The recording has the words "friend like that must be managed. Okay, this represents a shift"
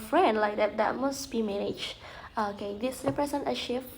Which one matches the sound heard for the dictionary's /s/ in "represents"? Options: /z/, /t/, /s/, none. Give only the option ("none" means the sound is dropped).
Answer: none